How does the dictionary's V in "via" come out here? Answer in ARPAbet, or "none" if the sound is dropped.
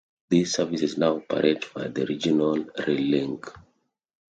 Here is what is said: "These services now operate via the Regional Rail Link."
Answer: B